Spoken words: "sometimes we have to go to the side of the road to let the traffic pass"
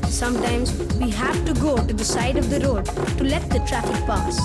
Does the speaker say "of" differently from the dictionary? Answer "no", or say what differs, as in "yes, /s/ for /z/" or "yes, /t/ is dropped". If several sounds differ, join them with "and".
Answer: no